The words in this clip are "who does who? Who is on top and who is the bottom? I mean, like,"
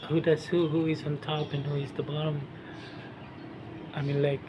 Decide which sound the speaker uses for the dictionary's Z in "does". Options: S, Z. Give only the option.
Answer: S